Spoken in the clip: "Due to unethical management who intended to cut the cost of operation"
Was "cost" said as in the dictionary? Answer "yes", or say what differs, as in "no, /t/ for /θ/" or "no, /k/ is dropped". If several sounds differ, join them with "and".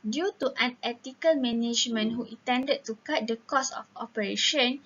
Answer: no, /t/ is dropped